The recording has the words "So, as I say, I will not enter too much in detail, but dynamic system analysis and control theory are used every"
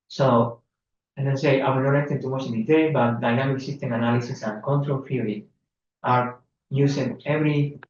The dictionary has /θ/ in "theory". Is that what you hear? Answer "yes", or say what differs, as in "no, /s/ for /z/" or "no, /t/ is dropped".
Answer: no, /f/ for /θ/